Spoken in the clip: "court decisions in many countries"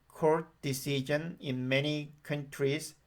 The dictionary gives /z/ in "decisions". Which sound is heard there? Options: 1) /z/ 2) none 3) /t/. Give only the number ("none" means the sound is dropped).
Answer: 2